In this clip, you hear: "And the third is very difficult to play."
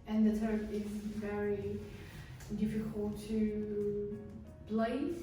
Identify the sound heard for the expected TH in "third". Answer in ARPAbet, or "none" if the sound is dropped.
T